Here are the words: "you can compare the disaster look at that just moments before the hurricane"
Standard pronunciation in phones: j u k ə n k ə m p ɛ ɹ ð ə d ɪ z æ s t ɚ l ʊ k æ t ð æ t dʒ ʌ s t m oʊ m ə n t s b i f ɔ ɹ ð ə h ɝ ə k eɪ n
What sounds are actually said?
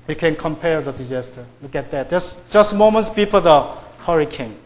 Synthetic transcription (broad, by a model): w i k ə n k ə m p ɛ ɹ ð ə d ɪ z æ s t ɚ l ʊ k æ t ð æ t dʒ ʌ s t m oʊ m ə n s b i p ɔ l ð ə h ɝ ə k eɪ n